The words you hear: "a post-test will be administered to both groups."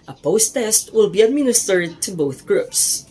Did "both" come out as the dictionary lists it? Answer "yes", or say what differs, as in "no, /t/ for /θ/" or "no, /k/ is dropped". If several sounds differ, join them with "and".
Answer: yes